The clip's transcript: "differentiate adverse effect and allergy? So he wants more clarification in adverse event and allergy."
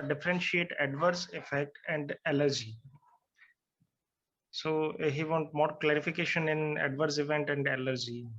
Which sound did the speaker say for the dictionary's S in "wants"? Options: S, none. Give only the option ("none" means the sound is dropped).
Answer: none